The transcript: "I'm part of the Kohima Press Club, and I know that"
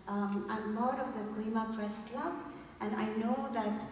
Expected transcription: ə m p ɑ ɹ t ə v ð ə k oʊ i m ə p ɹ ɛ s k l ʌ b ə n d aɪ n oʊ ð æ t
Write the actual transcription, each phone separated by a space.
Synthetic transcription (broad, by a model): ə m b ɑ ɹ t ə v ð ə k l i m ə p ɹ ɛ s k l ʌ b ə n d aɪ n oʊ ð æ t